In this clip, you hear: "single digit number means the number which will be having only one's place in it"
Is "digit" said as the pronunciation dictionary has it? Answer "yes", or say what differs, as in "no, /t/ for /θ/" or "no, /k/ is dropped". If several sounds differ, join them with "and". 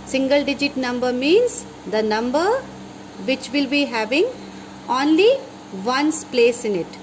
yes